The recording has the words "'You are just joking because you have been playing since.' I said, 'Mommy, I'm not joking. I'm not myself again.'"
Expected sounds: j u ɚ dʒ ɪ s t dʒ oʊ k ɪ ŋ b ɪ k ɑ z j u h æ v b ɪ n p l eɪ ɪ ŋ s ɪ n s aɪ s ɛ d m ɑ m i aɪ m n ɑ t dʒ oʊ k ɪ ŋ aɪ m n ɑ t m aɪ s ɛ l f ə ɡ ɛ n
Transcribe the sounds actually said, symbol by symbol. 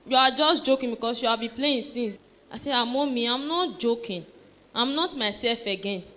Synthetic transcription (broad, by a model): j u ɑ dʒ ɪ s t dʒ oʊ k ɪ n b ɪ k ɑ s j u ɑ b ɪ p l eɪ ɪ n s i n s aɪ s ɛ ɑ m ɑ m i aɪ m n ɑ t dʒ oʊ k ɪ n aɪ m n ɑ t m aɪ s ɛ l f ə ɡ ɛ n